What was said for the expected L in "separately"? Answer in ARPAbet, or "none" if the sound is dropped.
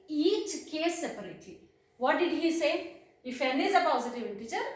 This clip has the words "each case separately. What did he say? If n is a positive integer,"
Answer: none